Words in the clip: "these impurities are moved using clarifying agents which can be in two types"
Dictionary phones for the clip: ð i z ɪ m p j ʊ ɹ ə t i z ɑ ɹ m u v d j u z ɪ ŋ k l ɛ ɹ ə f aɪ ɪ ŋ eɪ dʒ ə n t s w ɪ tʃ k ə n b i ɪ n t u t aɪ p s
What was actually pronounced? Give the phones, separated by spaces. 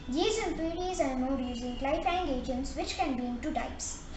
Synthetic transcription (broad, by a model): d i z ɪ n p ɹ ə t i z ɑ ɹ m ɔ d j u z ɪ ŋ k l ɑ ə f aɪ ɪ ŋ eɪ dʒ ə n t s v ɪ tʃ k ə n b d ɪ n t u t aɪ p s